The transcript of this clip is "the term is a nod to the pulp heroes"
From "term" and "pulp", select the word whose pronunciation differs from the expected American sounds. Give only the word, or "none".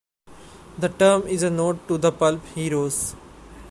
none